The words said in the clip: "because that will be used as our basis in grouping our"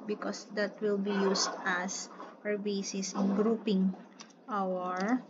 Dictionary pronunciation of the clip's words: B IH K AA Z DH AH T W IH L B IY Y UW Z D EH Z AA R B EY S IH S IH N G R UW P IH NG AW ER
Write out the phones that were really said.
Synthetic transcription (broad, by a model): B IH K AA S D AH T W IH L B IY Y UW S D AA S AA R B EY S IH S IH N G R UW P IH NG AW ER